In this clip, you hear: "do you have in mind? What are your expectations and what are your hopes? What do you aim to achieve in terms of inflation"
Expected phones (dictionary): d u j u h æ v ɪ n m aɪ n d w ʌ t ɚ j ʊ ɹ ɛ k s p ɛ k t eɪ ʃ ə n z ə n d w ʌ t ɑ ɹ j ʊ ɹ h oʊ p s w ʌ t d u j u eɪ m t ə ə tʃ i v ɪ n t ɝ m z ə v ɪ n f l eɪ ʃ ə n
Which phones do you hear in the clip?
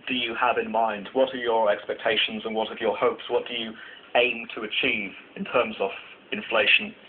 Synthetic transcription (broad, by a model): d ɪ j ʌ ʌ v ɪ n m aɪ n d w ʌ t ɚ j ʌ ɹ ɛ k s p ɛ k t eɪ ʃ ə n z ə n w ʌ t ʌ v j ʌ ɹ h oʊ p s w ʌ t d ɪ j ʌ eɪ m t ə ə tʃ i v ɪ n t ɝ m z ə v ɪ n f l eɪ ʃ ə n